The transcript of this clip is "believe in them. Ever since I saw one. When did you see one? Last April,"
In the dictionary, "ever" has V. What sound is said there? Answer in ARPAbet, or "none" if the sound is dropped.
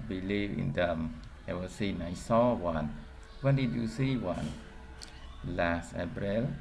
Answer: W